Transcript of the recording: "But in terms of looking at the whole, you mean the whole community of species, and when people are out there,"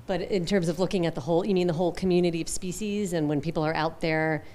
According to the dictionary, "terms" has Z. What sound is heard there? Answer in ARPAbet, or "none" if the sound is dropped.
Z